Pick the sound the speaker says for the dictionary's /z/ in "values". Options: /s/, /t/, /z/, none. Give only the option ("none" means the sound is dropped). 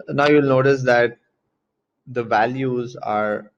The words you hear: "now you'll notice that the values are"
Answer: /z/